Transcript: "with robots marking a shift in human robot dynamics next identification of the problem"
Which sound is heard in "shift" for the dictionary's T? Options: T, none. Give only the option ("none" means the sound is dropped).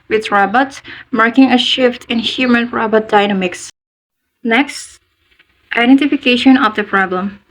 T